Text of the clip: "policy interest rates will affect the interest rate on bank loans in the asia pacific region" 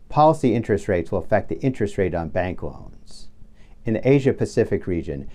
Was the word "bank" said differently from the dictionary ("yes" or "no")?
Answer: no